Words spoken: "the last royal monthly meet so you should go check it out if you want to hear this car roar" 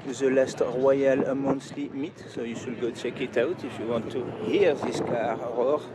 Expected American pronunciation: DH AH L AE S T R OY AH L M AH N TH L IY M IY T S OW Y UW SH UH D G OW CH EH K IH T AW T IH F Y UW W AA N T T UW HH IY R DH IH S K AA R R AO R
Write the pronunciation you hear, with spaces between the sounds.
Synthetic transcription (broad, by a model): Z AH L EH S T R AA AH L M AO N S L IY M IY T S OW Y UW S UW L G OW CH EH K IH T AW T IH F Y UW W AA N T T UW HH IY R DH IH S K AA R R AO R